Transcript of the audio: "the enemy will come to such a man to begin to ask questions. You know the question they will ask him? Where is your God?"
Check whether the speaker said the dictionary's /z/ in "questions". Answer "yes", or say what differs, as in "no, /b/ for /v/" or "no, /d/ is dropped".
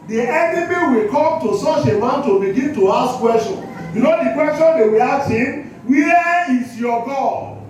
no, /z/ is dropped